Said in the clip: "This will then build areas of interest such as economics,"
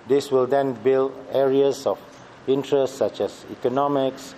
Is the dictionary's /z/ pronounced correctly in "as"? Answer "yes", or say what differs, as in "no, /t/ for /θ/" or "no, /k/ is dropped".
no, /s/ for /z/